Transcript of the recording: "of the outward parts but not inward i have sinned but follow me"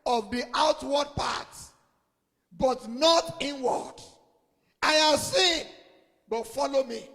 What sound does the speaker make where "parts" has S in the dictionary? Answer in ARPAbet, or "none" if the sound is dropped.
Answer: none